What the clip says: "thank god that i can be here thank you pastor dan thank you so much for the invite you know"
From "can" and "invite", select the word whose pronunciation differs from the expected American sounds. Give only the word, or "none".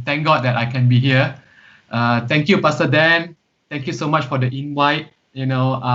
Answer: invite